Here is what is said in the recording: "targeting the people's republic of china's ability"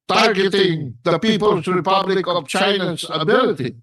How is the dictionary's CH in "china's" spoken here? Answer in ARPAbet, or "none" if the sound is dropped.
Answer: CH